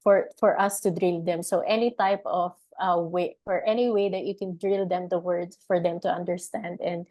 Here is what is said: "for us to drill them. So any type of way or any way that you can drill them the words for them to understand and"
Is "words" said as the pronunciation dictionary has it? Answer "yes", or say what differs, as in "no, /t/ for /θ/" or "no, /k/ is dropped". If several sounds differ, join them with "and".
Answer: no, /z/ is dropped